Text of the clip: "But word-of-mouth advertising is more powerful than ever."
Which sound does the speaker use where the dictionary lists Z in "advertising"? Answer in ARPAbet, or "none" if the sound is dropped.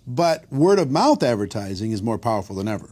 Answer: Z